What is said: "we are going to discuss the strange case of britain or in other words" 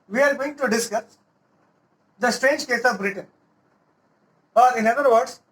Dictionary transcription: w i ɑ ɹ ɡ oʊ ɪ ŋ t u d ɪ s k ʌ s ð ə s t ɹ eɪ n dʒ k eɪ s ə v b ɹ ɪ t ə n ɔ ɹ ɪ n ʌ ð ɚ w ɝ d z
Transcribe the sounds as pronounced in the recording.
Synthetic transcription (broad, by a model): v i ɑ ɹ ɡ oʊ ɪ ŋ t u d ɪ s k ʌ s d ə s t ɹ eɪ n dʒ k eɪ s ə v b ɹ ɪ t ə n ɔ ɹ ɪ n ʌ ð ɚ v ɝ d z